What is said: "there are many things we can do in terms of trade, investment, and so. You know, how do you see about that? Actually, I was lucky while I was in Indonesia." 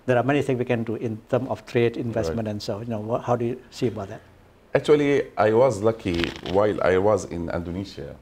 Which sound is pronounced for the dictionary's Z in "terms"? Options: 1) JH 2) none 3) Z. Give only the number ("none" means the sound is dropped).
2